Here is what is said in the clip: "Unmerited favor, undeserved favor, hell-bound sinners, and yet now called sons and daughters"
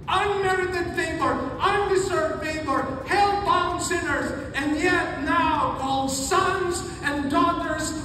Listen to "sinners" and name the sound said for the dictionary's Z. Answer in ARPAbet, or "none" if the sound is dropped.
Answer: Z